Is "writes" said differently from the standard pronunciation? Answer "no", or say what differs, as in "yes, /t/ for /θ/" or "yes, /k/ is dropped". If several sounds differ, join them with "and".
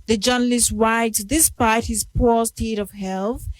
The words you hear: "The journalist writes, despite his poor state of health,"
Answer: yes, /w/ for /ɹ/